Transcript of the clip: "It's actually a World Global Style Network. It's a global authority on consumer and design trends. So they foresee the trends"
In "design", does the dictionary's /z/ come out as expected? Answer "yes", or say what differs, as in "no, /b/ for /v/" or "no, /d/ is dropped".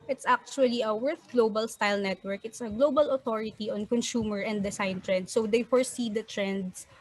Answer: no, /s/ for /z/